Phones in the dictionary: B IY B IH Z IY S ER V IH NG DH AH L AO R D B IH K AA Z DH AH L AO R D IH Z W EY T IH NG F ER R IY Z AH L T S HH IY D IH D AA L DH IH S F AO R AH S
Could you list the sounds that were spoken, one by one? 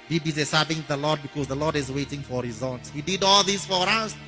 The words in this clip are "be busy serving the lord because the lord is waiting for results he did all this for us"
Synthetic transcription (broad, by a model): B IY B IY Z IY S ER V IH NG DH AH L AO D B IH K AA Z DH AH L AO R D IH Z W EY T IH NG F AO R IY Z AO N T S HH IY D IH D AA L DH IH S F AO R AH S